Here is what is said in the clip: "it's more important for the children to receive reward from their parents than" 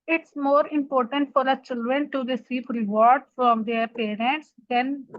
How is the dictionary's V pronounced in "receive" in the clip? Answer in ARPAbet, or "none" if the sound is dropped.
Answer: P